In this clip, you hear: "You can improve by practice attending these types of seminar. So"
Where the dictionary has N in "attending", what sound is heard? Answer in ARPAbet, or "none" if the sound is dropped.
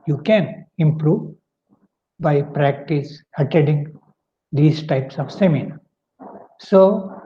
none